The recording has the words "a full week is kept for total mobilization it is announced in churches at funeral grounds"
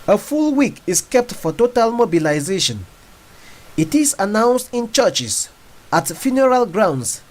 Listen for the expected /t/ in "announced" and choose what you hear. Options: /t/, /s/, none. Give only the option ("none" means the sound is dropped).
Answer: /t/